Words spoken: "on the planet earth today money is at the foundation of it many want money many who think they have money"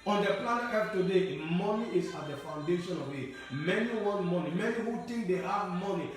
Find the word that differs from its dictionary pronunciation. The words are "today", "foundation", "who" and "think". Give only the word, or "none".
think